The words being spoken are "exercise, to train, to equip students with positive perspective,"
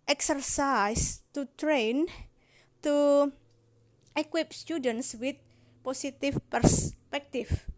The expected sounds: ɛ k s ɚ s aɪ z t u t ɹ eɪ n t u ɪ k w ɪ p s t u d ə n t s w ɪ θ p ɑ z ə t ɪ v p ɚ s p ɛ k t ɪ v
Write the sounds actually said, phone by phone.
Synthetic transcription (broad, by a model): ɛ k s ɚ s aɪ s t u t ɹ eɪ n t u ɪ k w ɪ p s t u d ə n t s w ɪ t p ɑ s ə t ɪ f p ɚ s p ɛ k t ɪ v